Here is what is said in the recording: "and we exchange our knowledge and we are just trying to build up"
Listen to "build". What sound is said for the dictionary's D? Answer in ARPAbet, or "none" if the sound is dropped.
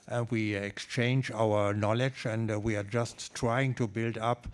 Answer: D